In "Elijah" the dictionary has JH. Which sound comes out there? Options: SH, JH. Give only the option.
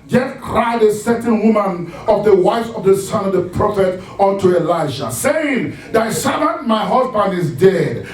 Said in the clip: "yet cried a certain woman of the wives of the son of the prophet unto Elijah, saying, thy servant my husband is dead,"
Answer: SH